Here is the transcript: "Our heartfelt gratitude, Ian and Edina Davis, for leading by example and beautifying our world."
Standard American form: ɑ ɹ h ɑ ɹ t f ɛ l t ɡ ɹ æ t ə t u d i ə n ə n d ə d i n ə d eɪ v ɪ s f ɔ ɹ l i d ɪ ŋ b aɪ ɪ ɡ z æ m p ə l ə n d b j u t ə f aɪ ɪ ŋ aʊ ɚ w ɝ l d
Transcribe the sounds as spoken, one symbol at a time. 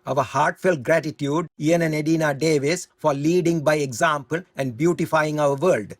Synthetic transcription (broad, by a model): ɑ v h ɑ ɹ t f ɛ l t ɡ ɹ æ t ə t u d i ə n ə n d ə d i n ə d eɪ v ɪ s f ɔ ɹ l i d ɪ ŋ b aɪ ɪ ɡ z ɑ m p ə l ə n d b j u t ə f aɪ ɪ ŋ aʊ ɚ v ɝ l d